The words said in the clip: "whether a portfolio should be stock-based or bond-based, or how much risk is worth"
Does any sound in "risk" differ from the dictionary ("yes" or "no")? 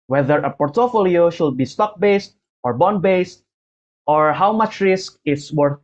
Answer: no